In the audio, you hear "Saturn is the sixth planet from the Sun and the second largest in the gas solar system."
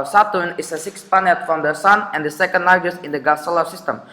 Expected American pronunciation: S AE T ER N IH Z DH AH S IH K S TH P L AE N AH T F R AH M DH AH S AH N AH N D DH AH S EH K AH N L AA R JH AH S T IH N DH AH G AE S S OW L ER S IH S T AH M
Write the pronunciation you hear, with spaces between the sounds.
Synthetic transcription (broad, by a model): S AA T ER N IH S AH S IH K S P AA N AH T F R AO M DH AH S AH N AH N D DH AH S EH K AH N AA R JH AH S IH N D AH G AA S S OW L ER S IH S T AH M